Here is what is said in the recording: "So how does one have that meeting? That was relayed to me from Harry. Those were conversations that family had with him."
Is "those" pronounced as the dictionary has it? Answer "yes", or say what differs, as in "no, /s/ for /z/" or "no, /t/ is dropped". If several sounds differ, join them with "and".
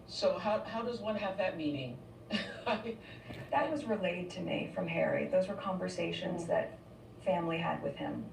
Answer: yes